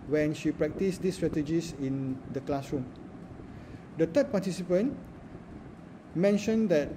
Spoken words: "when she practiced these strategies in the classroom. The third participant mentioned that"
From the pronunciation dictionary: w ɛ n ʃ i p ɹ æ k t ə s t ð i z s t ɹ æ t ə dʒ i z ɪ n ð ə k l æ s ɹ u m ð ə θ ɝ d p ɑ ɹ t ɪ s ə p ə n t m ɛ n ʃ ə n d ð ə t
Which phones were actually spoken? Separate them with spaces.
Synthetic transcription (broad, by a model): w ɛ n ʃ i p ɹ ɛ k t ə s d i s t ɹ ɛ t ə dʒ i s ɪ n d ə k l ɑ s ɹ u m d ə t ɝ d p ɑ t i s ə p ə n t m ɛ n ʃ ə n d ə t